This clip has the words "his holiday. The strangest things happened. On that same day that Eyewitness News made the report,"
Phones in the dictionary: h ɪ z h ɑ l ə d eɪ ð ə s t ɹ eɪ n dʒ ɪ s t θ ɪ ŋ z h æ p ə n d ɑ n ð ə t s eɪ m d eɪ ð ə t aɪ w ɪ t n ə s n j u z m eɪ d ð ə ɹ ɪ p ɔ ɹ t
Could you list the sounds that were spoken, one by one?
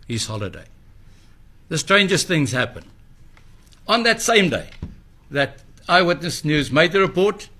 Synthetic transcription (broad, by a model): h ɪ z h ɑ l ə d eɪ ð ə s t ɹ eɪ n dʒ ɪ s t θ ɪ ŋ z h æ p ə n ɑ n ð ə t s eɪ m d eɪ ð ə t aɪ w ɪ t n ə s n j u z m eɪ d ð ə ɹ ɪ p ɔ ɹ t